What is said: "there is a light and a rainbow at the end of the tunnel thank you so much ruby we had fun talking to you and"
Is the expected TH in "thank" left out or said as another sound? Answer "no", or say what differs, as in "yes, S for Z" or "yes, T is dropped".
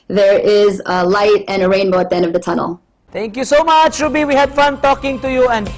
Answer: yes, T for TH